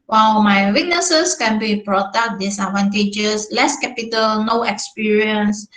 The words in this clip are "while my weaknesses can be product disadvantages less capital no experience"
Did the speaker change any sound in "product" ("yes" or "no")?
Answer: yes